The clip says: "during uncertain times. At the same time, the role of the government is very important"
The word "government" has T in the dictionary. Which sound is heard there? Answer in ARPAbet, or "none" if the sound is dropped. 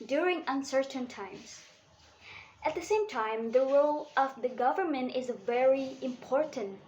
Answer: T